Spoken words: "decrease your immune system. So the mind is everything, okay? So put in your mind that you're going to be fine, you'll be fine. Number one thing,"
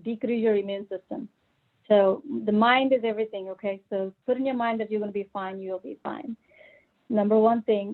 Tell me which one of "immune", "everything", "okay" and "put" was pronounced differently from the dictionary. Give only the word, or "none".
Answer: none